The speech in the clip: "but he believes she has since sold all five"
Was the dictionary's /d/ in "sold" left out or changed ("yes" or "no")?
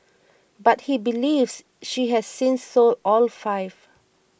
yes